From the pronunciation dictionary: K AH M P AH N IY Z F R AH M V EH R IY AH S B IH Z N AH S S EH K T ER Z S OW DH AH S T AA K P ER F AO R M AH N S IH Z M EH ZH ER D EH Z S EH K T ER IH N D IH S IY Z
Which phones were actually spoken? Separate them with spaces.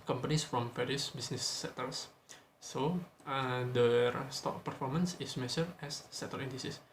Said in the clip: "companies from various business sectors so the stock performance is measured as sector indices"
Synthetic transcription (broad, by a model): K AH M P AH N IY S F R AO M F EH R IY S B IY S N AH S S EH T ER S S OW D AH S T AA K P ER F AO R M AH N S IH S M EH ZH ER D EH S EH T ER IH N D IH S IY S